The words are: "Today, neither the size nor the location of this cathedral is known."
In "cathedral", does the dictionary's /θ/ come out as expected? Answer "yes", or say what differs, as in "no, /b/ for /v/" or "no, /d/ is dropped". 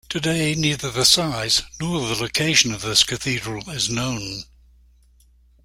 yes